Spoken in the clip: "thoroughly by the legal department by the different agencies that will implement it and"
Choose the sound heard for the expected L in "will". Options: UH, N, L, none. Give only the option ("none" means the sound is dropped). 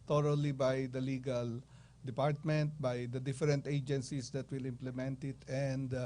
L